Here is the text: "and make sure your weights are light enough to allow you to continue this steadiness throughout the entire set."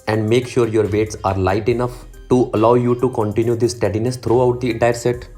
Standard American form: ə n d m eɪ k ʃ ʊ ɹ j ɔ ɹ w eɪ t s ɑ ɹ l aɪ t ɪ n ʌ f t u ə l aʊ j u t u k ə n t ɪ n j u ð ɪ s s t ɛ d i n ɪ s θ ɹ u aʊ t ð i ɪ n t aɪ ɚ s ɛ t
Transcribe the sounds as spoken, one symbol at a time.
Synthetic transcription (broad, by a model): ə n d m eɪ k ʃ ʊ ɹ j ɔ ɹ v eɪ t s ɑ ɹ l aɪ t ɪ n ʌ f t u ə l aʊ j u t u k ə n t ɪ n j u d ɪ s s t ɛ d i n ɪ s t ɹ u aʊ t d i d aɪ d s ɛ t